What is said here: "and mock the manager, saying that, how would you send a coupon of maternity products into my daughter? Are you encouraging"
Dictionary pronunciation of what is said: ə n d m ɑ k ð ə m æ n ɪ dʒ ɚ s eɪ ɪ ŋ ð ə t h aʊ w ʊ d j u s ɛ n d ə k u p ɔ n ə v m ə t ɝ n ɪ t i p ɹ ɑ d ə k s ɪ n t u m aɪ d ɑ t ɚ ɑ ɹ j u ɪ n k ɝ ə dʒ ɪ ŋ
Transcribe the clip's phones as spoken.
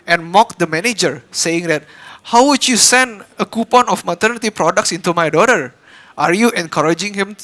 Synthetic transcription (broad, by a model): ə n m ɑ k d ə m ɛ n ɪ dʒ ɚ s eɪ ɪ ŋ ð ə t h aʊ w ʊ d j u s ɛ n d ə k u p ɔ n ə f m ə t ɝ n ɪ t i p ɹ ɑ d ə k s ɪ n t u m aɪ d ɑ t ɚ ɑ ɹ j u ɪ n k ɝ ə dʒ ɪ ŋ